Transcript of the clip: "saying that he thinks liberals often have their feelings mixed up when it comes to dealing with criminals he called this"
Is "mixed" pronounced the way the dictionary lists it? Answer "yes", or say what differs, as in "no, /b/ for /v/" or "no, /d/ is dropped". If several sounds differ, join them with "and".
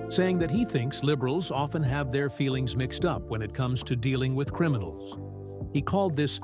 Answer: yes